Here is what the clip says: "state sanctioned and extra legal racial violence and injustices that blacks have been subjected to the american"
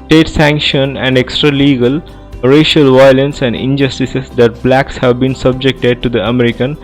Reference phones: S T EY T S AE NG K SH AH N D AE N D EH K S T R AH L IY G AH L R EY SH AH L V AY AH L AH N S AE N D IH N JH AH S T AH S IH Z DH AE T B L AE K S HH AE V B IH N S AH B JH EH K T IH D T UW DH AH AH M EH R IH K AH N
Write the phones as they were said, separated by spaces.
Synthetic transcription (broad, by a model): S T EY T S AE NG K SH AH N AE N D EH K S T R AH L IY G AH L R EY SH AH L V AY AH L AH N S AE N D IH N JH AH S T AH S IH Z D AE T B L AE K S HH AE V B IH N S AH B JH EH K T IH D T UW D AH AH M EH R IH K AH N